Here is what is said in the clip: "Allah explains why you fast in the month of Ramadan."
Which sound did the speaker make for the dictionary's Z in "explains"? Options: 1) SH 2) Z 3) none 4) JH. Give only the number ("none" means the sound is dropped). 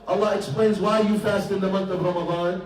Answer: 2